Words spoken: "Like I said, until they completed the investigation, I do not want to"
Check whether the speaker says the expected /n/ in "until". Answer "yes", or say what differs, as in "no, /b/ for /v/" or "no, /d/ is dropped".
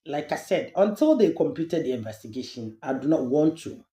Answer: yes